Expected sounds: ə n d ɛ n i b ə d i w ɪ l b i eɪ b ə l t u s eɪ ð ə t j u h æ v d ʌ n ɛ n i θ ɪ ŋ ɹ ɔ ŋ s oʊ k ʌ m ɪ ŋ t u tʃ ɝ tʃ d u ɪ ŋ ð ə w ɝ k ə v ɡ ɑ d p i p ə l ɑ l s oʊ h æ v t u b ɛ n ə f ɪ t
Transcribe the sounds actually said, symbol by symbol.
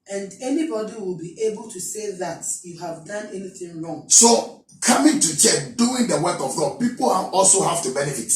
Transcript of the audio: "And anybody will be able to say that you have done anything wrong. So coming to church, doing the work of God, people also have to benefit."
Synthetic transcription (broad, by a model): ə n d ɛ n i b ə d i w ɪ l b i eɪ b ə l t u s eɪ ð ə t j u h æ v d ʌ n ɛ n i θ ɪ ŋ ɹ ɔ ŋ s oʊ k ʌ m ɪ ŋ t u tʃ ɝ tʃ d u ɪ ŋ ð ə w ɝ k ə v ɡ ɑ d p i p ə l ɑ l s oʊ h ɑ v t u b ɛ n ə f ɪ t